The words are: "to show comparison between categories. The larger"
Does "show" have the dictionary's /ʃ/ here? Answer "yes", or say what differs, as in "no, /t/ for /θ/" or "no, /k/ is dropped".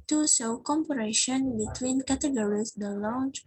no, /s/ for /ʃ/